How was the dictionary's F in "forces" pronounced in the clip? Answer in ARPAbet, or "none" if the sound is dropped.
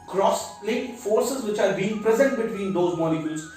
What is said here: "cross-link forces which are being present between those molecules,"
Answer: F